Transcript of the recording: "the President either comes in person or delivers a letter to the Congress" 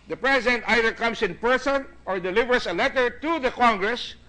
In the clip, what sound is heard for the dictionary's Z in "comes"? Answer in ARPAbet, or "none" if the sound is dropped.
S